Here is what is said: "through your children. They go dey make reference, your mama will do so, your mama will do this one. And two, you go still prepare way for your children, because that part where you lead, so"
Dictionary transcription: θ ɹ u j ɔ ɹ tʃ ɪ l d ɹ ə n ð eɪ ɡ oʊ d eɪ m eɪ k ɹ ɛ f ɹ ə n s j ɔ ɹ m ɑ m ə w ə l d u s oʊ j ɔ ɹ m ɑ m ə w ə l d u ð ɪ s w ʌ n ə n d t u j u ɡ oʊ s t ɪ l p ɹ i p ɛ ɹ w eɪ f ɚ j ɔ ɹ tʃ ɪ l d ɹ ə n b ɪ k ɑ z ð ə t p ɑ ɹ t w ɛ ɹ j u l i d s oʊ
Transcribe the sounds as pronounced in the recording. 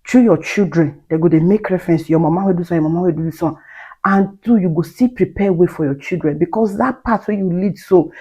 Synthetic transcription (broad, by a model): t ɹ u j ɔ tʃ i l d ɹ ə n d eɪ ɡ oʊ d eɪ m eɪ k ɹ ɛ f ɹ ə n s j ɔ m ɑ m ə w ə d u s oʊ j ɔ m ɑ m ə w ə d u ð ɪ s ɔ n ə n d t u j u ɡ oʊ s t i p ɹ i p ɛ w eɪ f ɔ j ɔ tʃ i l d ɹ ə n b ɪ k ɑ s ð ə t p ɑ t w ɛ j u l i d s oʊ